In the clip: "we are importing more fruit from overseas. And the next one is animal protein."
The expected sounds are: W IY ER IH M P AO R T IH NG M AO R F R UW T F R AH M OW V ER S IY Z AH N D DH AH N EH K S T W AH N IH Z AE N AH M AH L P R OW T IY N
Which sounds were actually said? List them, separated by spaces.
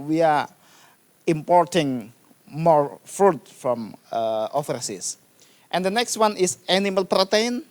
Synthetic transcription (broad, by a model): W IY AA IH M P AO R T IH NG M AO R F R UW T F R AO M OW F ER S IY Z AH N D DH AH N EH K S T W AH N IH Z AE N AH M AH L P R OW T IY N